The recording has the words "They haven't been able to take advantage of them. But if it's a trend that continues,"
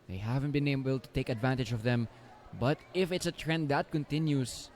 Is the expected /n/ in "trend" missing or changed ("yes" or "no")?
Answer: no